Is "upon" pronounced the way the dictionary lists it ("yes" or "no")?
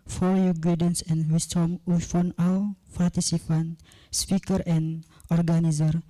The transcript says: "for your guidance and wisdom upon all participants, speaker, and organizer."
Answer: no